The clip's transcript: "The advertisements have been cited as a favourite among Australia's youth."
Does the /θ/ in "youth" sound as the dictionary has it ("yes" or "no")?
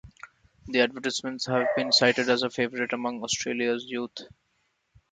no